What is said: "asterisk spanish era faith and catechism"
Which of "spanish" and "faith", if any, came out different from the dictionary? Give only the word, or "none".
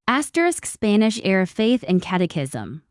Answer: none